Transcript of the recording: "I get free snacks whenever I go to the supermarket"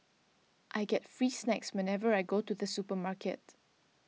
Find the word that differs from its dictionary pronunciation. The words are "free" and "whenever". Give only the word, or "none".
none